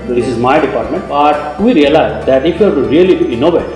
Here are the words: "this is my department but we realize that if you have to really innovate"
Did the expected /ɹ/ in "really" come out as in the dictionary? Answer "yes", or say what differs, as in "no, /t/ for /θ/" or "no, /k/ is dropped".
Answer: no, /l/ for /ɹ/